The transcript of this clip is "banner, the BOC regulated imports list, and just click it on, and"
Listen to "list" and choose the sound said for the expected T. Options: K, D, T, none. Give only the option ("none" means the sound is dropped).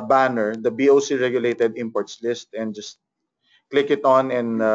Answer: T